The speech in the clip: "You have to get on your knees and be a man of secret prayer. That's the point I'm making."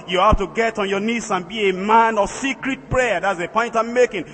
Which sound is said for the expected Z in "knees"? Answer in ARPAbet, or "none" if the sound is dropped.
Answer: S